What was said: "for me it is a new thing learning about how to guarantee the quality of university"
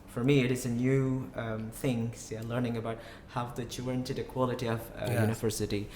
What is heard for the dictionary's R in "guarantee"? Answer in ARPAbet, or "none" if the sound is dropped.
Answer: none